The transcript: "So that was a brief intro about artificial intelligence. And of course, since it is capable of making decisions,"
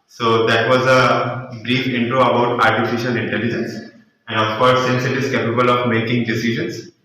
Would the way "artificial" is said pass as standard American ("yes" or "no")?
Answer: yes